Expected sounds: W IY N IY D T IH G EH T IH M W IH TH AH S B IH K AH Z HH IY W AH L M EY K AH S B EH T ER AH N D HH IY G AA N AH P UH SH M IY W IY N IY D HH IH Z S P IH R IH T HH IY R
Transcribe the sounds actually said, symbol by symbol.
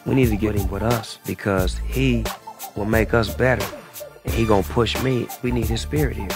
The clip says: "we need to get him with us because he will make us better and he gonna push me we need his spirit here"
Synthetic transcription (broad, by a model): W IY N IY D T IH G EH T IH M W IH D AH S B IH K AH Z HH IY W AH L M EY K AH S B EH T ER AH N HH IY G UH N P UH SH M IY W IY N IY D HH IH Z S P IH R IH T HH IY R